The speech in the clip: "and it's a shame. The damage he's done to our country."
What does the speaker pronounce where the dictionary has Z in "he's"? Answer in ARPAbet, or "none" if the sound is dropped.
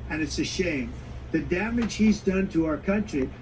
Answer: Z